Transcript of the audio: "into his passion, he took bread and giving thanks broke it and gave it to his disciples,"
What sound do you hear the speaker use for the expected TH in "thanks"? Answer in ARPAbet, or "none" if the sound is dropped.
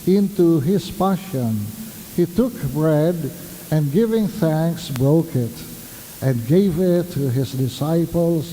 TH